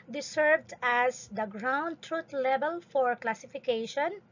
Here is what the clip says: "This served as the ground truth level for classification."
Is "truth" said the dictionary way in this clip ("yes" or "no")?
no